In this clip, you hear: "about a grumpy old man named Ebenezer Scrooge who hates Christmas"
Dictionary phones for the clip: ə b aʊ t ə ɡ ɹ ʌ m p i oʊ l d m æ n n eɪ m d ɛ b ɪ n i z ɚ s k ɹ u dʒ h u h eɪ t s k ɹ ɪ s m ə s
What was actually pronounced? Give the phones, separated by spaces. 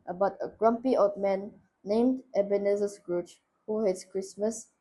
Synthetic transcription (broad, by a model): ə b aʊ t ə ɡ ɹ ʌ m p i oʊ d m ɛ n n eɪ m d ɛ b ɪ n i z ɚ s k ɹ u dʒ h u h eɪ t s k ɹ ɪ s m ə s